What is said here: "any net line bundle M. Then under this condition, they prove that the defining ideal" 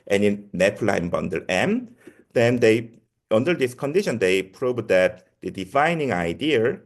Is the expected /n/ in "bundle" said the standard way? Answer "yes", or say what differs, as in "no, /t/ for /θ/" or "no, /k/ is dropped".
yes